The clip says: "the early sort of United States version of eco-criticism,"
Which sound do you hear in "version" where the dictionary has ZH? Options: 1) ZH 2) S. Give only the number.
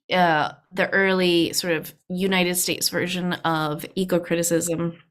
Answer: 1